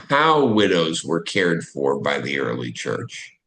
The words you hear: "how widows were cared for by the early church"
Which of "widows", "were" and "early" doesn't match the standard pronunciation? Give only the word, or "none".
none